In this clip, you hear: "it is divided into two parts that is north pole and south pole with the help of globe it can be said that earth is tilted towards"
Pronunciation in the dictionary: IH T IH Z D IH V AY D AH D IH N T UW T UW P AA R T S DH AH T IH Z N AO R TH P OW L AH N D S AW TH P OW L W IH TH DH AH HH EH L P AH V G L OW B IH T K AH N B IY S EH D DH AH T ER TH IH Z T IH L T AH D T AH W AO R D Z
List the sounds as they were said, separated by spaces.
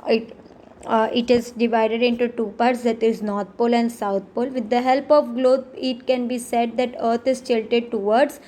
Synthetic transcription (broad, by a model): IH T IH Z D IH V AY D AH D IH N T UW T UW P AA R T S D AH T IH Z N AO R T P OW L AH N D S AW T P OW L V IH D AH HH EH L P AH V G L OW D IH T K AH N B IY S EH D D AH T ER T IH Z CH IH L T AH D T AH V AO R D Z